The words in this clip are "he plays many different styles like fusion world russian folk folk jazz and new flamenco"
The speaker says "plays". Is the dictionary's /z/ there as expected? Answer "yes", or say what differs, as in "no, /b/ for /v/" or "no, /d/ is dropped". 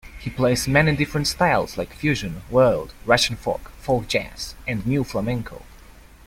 no, /s/ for /z/